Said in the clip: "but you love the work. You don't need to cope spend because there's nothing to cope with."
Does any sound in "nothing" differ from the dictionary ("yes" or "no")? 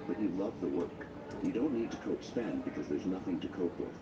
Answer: no